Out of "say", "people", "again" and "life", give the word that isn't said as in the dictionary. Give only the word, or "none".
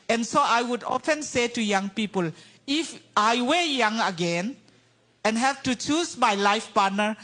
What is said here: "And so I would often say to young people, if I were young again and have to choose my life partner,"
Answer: none